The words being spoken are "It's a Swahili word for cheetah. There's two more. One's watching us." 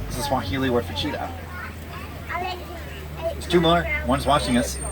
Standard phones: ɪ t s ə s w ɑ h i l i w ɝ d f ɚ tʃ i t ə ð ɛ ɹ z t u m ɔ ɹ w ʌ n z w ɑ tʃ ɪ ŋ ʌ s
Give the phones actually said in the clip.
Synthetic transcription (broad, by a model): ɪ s ə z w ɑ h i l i w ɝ f ɚ tʃ i t ə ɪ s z t u m ɔ ɹ w ʌ n z w ɑ tʃ ɪ ŋ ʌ s